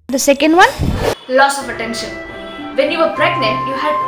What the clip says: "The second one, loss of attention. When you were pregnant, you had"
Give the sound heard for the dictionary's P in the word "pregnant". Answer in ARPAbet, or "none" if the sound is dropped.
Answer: B